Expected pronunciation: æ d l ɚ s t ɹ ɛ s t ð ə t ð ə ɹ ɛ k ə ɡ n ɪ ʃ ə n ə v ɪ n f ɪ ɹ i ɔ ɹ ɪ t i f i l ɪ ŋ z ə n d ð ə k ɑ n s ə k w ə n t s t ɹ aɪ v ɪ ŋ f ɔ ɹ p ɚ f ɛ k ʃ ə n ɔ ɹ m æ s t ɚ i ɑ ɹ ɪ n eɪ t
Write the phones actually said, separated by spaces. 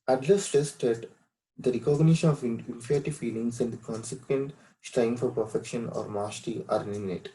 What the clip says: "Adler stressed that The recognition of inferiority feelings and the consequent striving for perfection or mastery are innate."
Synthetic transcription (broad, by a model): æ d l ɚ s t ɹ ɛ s t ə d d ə ɹ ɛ k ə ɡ n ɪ ʃ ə n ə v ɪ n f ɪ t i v f i l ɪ ŋ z ə n d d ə k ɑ n s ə k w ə n t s t ɹ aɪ ɪ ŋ f ɔ ɹ p ɚ f ɛ k ʃ ə n ɔ ɹ m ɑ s t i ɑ ɹ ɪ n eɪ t